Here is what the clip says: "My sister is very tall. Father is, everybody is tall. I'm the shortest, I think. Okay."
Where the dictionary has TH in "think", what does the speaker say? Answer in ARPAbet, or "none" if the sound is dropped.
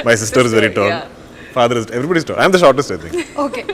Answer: T